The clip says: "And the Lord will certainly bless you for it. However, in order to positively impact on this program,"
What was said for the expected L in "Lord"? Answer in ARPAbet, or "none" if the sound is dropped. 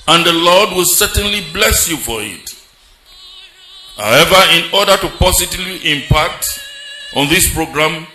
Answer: L